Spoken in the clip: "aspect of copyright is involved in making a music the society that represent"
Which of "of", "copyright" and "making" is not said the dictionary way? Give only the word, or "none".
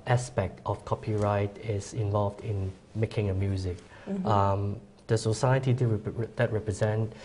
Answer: of